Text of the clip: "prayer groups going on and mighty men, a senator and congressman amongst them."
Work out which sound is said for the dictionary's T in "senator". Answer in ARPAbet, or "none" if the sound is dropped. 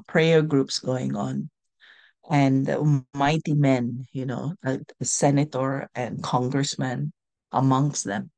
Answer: T